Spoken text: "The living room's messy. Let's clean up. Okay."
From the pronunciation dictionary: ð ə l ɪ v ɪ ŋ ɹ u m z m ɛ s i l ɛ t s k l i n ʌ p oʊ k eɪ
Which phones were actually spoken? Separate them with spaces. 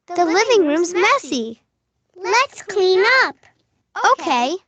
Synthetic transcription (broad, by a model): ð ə l ɪ v ɪ ŋ ɹ u m z m ɛ s i l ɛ t s k l i n ʌ p oʊ k eɪ